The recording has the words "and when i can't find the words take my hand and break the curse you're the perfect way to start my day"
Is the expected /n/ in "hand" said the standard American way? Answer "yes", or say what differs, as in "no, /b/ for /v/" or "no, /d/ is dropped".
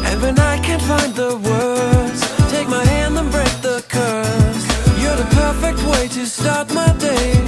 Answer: yes